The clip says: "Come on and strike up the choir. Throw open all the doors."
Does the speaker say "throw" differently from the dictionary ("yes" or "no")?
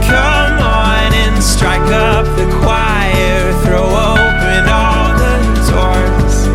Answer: no